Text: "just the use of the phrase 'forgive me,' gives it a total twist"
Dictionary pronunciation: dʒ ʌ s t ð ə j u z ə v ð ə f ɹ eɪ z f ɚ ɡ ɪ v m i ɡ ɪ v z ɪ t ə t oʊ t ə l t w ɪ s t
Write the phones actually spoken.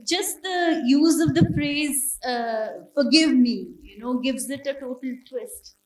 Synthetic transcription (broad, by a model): dʒ ʌ s t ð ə j u z ə v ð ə p ɹ eɪ z f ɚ ɡ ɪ v m i ɡ ɪ v z ɪ t ə t oʊ t ə l t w ɪ s t